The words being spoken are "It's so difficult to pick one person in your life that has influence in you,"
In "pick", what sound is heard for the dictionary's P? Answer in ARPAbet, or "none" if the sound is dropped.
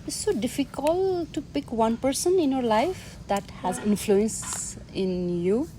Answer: P